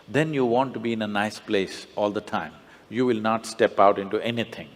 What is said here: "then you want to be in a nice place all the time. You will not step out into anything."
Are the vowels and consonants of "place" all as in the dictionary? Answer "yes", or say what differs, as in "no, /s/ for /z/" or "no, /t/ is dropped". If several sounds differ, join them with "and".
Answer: yes